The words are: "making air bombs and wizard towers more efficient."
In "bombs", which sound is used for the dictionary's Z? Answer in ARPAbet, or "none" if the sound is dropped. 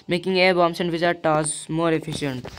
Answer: S